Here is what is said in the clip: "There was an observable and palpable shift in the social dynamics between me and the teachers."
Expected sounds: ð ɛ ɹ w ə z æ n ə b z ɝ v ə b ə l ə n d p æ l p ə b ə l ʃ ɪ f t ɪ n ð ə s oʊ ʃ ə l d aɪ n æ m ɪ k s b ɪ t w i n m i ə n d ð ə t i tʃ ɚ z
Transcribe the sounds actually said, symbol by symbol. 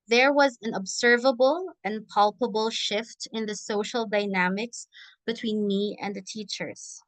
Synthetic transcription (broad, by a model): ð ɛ ɹ w ə z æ n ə b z ɝ v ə b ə l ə n p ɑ l p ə b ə l ʃ ɪ f t ɪ n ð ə s oʊ ʃ ə l d aɪ n æ m ɪ k s b ɪ t w i n m i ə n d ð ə t i tʃ ɚ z